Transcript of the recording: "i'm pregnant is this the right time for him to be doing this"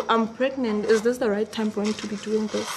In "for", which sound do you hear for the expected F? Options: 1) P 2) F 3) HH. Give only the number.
1